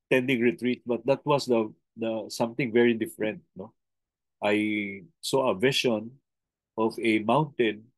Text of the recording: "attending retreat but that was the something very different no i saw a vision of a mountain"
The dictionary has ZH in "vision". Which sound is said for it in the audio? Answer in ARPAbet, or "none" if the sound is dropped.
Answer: SH